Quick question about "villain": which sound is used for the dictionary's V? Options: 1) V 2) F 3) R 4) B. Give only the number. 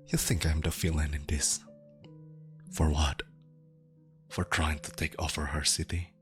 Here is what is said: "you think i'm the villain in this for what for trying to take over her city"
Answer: 2